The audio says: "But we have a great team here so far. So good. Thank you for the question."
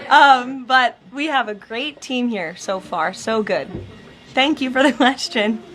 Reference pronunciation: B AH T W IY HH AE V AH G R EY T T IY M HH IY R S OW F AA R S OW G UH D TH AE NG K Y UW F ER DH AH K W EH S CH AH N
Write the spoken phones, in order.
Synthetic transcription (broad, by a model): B AH T W IY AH V AH G R EY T T IY M HH IY R S OW F AA R S OW G UH D TH AE NG K Y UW F ER DH AH K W EH S CH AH N